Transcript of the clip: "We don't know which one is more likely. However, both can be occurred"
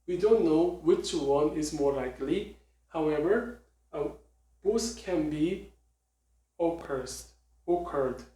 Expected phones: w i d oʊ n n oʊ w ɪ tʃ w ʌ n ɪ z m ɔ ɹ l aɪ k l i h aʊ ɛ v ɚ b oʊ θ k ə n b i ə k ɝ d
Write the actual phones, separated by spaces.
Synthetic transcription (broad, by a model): w i d oʊ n n oʊ w ɪ tʃ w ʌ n ɪ z m ɔ ɹ l aɪ k l i h aʊ ɛ v ɚ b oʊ s k ə n b i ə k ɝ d